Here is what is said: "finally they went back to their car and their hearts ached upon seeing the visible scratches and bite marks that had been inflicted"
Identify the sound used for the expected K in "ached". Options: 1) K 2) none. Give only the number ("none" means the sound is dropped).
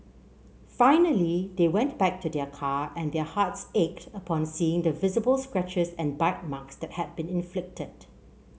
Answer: 1